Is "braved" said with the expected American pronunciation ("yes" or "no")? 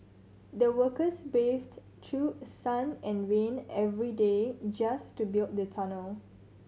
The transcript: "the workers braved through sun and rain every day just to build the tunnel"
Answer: no